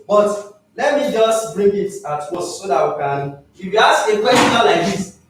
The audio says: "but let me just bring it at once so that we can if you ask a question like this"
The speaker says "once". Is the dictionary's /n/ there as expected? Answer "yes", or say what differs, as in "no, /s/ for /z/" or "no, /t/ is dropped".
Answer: no, /n/ is dropped